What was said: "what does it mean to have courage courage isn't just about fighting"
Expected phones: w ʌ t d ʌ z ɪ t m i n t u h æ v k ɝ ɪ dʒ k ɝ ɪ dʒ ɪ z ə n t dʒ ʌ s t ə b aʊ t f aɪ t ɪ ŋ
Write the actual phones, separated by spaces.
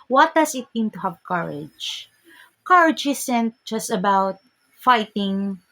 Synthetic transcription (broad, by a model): w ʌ t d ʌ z ɪ t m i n t u h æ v k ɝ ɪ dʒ k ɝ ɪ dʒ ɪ s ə n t dʒ ʌ s t ə b aʊ t f aɪ t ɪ ŋ